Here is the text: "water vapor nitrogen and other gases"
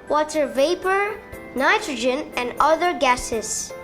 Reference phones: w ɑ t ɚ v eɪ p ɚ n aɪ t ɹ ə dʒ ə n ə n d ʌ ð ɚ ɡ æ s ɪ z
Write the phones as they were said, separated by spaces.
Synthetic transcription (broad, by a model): w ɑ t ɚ v eɪ p ɚ n aɪ t ɹ ə dʒ ə n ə n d ʌ ð ɚ ɡ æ s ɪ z